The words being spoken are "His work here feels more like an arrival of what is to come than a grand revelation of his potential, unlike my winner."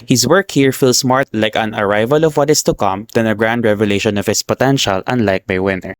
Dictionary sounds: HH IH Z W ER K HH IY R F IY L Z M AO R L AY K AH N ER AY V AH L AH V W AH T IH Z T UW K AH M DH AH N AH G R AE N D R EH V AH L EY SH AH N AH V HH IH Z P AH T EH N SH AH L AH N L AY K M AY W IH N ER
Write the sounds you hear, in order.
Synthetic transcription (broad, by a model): HH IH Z W ER K HH IY R F IY L S M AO R L AY K AH N ER AY V AH L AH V W AH T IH S T UW K AH M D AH N AH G R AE N D R EH V AH L EY SH AH N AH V HH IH S P AH T EH N SH AH L AH N L AY K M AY W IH N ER